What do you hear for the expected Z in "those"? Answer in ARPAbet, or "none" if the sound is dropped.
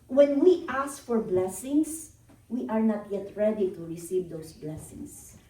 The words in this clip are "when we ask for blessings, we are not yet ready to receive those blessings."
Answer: S